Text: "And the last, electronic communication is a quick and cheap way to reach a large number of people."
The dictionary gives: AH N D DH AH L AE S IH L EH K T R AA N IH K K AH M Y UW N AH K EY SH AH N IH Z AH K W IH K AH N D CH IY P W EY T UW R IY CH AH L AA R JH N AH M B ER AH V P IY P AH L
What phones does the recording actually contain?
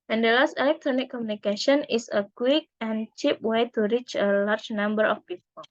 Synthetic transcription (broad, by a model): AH N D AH L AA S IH L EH K T R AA N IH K K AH M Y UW N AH K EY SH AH N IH S AH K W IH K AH N CH IY P W EY T UW R IY CH AH L AA R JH N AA M B ER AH F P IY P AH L